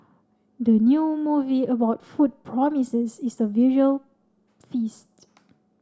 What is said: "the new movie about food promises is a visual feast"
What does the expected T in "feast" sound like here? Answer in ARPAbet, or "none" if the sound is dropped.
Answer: T